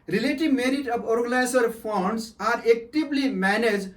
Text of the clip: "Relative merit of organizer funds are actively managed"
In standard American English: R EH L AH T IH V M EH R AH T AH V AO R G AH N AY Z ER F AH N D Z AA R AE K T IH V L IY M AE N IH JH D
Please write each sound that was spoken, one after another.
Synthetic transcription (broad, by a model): R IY L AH T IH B M EH R AH T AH B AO R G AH N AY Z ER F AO N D S AA R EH K T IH B L IY M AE N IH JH